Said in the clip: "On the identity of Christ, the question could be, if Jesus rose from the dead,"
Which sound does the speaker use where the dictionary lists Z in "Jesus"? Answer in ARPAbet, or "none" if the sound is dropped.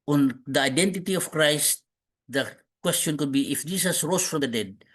S